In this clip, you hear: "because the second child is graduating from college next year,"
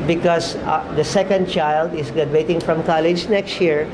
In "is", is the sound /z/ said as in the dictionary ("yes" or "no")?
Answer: no